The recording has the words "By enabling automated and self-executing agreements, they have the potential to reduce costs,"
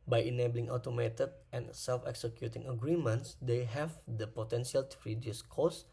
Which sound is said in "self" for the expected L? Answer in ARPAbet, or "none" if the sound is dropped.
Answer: L